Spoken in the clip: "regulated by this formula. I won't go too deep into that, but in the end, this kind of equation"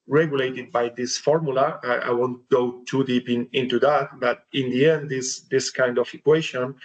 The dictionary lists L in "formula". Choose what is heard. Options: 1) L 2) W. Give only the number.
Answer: 1